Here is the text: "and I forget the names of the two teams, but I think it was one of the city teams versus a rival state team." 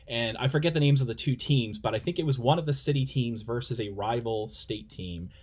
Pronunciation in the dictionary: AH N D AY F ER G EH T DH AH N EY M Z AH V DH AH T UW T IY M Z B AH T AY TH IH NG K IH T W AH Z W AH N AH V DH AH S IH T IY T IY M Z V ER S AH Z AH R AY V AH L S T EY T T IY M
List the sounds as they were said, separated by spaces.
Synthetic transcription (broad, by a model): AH N AY F ER G EH T DH AH N EY M Z AH V DH AH T UW T IY M Z B AH T AY TH IH NG K IH T W AH Z W AH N AH V DH AH S IH T IY T IY M Z V ER S AH Z AH R AY V L S T EY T T IY M